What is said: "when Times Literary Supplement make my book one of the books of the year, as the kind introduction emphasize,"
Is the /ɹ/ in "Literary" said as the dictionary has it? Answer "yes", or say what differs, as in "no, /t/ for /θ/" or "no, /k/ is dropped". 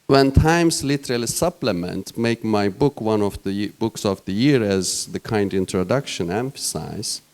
no, /l/ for /ɹ/